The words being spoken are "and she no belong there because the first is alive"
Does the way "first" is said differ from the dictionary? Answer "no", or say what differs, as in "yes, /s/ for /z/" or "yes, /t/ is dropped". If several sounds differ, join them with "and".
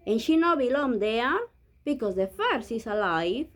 yes, /t/ is dropped